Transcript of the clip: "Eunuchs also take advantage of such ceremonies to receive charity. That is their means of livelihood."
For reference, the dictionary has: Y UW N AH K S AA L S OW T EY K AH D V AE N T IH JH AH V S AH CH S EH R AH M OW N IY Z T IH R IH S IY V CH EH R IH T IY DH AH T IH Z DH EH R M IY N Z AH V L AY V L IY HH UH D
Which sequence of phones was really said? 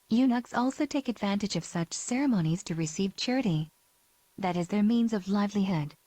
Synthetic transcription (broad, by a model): Y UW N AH K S AA L S OW T EY K AH D V AE N T IH JH AH V S AH CH S EH R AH M OW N IY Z T IH R IH S IY V CH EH R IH T IY DH AH T IH Z DH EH R M IY N Z AH V L AY V L IY HH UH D